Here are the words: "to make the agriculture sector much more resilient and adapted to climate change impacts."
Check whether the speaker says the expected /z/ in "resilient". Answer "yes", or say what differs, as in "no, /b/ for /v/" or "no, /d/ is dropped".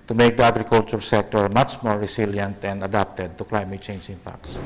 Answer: no, /s/ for /z/